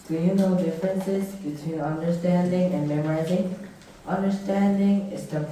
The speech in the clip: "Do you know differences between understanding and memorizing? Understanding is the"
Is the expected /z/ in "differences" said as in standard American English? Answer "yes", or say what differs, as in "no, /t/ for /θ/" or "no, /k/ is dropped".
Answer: yes